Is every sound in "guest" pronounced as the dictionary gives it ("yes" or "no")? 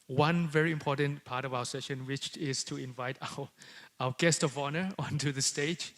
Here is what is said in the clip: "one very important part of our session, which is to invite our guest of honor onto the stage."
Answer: yes